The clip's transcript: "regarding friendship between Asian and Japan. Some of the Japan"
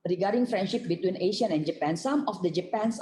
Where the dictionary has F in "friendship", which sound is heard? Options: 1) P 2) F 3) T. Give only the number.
2